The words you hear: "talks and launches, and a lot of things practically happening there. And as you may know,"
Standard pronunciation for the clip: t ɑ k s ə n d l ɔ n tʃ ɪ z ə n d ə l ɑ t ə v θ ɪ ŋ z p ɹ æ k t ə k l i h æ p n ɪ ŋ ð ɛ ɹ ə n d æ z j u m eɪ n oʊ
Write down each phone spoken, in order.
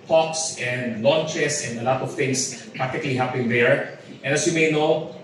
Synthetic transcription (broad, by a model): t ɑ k s ə n d l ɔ n tʃ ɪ s ə n d ə l ɑ t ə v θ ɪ ŋ s p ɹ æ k t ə k l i h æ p ɪ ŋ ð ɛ ɹ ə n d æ s j u m eɪ n oʊ